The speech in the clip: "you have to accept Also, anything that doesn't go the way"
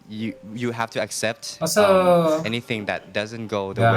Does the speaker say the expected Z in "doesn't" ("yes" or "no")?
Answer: yes